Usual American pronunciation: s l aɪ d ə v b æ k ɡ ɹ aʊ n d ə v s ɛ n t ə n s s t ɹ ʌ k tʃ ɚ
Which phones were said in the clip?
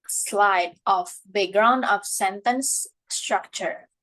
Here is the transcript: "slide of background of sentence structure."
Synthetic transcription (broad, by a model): s l aɪ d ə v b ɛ ɡ ɹ aʊ n d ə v s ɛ n t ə n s s t ɹ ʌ k tʃ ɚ